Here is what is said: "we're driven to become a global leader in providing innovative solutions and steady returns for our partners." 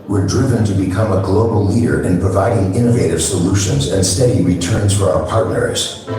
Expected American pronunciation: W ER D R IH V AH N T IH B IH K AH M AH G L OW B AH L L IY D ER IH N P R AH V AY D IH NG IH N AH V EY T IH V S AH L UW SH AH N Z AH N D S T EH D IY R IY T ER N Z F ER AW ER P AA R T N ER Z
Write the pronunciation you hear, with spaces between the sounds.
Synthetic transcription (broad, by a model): W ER D R IH V AH N T IH B IH K AH M AH G L OW B L L IY D ER IH N P R AH V AY D IH NG IH N AH V EY T IH V S AH L UW SH AH N Z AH N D S T EH D IY R IY T ER N Z F ER AW ER P AA R T N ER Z